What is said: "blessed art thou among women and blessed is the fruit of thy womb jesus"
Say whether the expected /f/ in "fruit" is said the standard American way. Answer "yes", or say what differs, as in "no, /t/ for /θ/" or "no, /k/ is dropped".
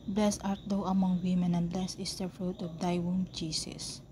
yes